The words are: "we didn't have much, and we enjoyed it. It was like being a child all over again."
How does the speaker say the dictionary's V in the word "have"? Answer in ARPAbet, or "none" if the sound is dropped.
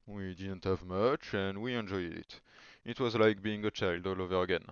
V